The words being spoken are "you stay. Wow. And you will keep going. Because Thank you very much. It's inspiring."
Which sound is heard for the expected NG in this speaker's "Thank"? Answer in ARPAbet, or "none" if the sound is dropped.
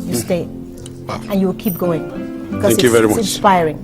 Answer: none